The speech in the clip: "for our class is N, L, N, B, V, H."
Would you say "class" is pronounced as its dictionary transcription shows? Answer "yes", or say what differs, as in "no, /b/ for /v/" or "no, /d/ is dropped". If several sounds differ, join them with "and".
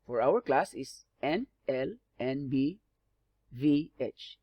yes